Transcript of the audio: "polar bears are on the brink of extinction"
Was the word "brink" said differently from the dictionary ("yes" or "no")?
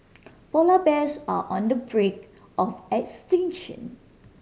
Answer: yes